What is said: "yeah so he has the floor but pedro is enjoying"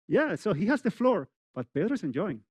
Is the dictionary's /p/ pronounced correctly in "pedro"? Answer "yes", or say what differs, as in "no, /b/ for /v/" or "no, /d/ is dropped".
no, /b/ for /p/